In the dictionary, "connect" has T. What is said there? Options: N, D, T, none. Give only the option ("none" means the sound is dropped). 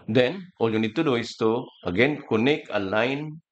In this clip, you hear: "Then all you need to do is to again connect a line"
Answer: none